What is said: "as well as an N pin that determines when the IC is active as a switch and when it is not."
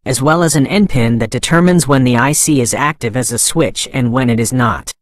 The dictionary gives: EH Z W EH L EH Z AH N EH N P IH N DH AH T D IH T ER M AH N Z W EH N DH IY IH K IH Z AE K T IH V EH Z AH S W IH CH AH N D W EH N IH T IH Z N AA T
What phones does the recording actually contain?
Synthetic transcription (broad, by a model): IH Z W EH L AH Z AH N EH N P IH N DH AH T D IH T ER M AH N Z W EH N DH IY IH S IH Z AE K T IH V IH Z AH S W IH CH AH N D W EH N IH T IH Z N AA T